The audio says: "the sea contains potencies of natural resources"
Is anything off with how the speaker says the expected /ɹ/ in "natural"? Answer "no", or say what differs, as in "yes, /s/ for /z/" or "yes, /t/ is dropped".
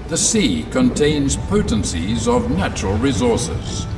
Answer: no